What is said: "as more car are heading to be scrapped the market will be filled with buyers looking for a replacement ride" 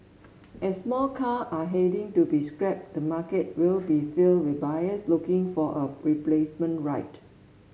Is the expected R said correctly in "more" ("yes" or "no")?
no